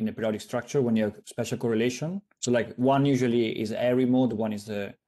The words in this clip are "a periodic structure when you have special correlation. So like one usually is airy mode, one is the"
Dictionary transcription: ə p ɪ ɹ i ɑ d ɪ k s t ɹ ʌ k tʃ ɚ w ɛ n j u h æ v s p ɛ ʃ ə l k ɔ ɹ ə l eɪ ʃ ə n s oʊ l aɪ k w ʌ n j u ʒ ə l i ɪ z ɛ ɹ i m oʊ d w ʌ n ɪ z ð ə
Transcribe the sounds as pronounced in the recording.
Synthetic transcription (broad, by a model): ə p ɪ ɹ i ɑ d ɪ k s t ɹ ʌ k tʃ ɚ w ɛ n j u s p ɛ ʃ ə l k ɔ ɹ ə l eɪ ʃ ə n s oʊ l aɪ k w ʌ n j u ʒ ə l i ɪ z ɛ ɹ i m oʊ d w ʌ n ɪ z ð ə